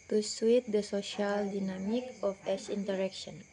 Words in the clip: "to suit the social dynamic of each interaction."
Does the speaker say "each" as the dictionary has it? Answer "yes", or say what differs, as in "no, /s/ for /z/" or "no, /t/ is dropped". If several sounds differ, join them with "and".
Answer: no, /s/ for /tʃ/